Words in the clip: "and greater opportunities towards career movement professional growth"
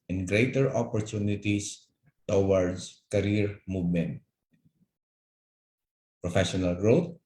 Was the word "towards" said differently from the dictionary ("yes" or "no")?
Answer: yes